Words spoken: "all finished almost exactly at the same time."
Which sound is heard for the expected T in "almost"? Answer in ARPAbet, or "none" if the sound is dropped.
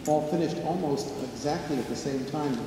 T